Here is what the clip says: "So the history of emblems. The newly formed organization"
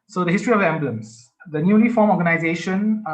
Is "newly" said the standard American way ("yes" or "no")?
no